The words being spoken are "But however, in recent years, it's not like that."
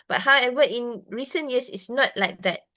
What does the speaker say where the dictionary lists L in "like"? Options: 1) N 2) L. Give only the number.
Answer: 2